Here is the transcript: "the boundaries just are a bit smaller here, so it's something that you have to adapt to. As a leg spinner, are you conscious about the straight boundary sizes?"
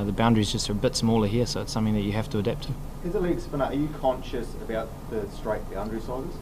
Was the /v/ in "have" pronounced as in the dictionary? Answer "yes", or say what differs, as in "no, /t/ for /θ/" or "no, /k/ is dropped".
no, /f/ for /v/